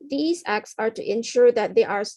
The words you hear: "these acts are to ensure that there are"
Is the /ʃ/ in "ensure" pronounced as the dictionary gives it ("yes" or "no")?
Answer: yes